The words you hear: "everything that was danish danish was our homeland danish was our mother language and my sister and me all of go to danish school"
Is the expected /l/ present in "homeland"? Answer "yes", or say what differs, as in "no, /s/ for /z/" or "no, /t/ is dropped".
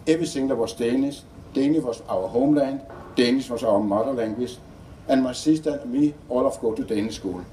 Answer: yes